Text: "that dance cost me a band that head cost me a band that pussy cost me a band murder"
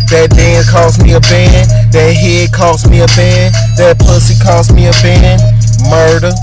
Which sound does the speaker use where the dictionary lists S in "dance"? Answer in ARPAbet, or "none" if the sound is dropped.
none